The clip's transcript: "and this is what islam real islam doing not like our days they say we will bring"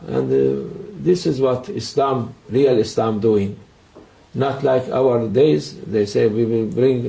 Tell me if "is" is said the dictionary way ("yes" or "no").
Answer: yes